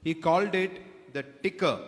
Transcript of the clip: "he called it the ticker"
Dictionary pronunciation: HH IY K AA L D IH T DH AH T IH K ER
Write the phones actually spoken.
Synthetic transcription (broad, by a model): HH IY K AA L D IH T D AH T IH K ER